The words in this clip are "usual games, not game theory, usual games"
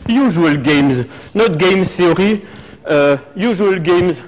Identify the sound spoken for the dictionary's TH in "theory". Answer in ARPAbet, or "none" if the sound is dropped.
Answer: S